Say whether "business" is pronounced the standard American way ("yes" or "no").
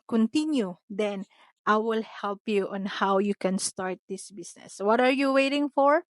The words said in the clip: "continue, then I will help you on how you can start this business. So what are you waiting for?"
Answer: no